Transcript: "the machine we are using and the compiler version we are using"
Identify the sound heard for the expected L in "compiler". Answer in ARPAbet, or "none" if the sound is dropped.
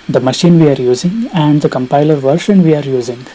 L